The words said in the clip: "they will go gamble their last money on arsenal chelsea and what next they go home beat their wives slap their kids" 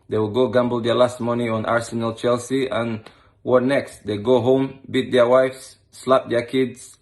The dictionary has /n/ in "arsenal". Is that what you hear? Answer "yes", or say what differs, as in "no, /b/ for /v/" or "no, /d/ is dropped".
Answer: yes